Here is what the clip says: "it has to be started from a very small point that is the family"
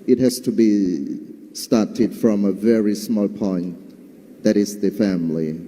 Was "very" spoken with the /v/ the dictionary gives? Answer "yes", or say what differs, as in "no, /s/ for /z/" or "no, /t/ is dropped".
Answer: yes